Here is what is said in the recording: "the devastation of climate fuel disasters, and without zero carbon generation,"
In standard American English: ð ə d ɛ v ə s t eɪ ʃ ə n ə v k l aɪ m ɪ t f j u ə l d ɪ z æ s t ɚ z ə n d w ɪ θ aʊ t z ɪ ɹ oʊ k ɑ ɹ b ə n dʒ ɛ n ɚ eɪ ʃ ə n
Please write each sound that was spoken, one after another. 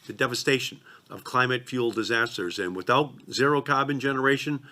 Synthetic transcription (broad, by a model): ð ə d ɛ v ə s t eɪ ʃ ə n ə v k l aɪ m ɪ t f j u l d ɪ z æ s t ɚ z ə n w ɪ θ aʊ t z ɪ ɹ oʊ k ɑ b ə n dʒ ɛ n ɚ eɪ ʃ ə n